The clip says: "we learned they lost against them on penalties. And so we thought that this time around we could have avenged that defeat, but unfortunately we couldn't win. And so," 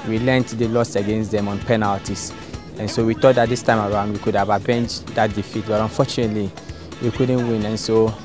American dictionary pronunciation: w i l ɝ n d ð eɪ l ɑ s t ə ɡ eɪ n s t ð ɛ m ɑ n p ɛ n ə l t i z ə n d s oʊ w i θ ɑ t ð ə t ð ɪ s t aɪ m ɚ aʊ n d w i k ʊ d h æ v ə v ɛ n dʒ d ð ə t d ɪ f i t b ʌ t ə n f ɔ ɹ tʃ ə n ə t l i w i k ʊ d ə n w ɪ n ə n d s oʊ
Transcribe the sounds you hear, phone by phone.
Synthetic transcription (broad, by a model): w i l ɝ n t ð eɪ l ɑ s ə ɡ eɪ n s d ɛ m ɑ n p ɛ n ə l t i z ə n s oʊ w i t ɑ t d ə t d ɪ s t aɪ m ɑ aʊ n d w i k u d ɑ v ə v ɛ n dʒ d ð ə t d ɪ f i t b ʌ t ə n f ɔ tʃ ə n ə t l i w i k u d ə n w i n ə n s oʊ